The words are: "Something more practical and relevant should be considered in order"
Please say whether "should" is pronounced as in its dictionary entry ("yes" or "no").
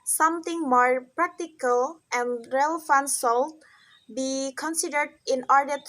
no